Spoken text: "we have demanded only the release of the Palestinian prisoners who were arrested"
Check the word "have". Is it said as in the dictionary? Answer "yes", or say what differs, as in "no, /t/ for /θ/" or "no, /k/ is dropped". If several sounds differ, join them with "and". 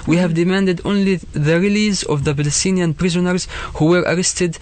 yes